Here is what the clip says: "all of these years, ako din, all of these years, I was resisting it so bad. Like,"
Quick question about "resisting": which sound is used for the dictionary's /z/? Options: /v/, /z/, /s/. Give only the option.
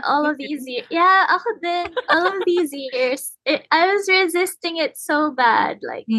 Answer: /z/